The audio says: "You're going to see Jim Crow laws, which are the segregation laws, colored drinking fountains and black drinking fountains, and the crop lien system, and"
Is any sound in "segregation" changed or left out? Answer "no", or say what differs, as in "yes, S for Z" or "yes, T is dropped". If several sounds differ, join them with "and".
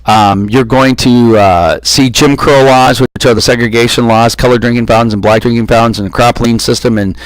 no